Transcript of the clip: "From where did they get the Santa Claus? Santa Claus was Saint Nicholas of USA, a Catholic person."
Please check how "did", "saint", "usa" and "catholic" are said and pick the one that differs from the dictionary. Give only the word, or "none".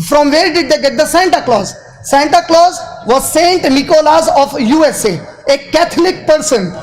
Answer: catholic